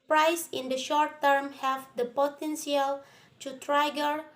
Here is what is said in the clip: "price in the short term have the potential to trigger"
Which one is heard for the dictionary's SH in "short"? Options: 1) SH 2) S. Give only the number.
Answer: 1